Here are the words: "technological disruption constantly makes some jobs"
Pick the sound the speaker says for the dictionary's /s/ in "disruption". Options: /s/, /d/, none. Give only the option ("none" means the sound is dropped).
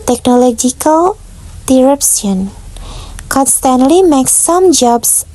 none